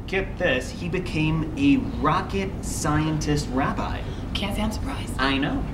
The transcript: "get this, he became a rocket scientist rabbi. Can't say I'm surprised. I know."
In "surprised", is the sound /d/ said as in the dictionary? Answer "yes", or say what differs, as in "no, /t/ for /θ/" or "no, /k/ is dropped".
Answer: no, /d/ is dropped